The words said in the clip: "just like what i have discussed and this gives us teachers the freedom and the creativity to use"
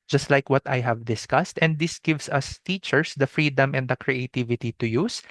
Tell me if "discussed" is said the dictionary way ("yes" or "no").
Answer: yes